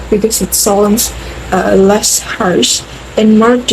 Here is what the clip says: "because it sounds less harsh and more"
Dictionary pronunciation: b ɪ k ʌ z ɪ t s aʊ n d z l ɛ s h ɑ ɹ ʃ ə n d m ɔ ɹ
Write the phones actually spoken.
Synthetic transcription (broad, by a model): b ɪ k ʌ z ɪ t s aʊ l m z l ɛ s h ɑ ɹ s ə n m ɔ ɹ